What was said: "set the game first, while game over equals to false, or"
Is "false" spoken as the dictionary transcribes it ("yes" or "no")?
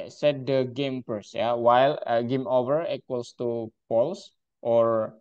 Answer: no